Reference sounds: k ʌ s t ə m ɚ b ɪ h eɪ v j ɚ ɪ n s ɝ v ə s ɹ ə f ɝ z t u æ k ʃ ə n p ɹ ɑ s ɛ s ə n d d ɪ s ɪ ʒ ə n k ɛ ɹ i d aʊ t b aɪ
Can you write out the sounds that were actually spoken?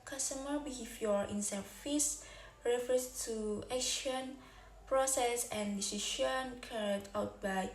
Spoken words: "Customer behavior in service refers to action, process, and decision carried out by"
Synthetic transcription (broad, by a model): k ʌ s t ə m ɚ b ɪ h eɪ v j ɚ ɪ n s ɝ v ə s ɹ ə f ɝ s t u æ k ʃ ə n p ɹ ɑ s ɛ s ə n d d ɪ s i ʃ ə n k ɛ ɹ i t aʊ t b aɪ